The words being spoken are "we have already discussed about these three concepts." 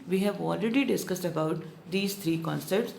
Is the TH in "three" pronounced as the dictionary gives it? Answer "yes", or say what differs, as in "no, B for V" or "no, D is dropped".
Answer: no, T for TH